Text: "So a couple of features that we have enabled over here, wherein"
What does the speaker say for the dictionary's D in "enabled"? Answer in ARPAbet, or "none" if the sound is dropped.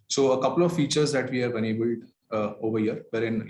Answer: D